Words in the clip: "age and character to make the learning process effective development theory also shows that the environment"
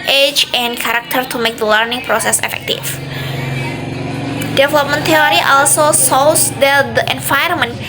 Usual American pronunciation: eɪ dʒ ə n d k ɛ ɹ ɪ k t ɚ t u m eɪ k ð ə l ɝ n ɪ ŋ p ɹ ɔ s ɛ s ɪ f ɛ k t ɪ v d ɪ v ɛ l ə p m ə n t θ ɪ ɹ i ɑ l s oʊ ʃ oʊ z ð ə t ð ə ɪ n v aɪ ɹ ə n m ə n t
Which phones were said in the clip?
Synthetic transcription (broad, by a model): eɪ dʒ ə n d k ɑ ɹ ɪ k t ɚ t u m eɪ k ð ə l ɝ n ɪ ŋ p ɹ ɔ s ɛ s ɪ f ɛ k t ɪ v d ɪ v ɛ l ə p m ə n t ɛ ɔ ɹ i ɑ l s oʊ s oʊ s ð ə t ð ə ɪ n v aɪ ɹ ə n m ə n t